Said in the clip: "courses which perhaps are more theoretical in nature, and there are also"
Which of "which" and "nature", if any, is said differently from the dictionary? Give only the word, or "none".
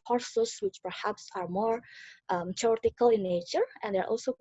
none